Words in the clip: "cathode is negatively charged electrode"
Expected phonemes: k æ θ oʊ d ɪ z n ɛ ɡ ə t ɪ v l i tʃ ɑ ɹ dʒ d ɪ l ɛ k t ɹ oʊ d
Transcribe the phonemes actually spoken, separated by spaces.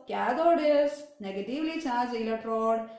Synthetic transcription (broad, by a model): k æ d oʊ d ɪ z n ɛ ɡ ə t ɪ v l i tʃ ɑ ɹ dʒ ɪ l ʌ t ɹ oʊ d